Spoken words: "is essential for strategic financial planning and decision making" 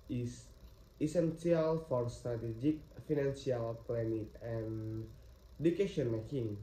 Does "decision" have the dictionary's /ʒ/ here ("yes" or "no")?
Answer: no